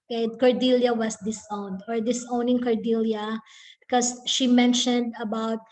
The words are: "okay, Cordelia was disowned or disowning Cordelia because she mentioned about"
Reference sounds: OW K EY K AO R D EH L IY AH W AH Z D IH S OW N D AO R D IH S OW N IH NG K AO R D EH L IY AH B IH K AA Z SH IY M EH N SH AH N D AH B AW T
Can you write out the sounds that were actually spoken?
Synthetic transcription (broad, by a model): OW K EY K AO R D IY L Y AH W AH S D IH S OW N D AO R D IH S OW N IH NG K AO R D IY L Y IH K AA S SH IY M EH N SH AH N D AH B AW T